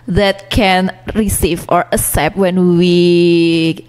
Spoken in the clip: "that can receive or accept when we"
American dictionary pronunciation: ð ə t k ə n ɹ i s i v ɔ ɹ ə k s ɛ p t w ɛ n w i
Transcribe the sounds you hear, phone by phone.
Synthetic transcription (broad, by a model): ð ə t k ə n ɹ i s i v ɔ ɹ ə s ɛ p w ɛ n w i